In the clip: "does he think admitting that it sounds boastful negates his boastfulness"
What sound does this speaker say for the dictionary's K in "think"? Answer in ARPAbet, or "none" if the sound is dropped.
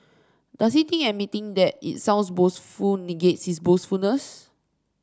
none